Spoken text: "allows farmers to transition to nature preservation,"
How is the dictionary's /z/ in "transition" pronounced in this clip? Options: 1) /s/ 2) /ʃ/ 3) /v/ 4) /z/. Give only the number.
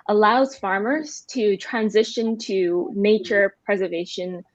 4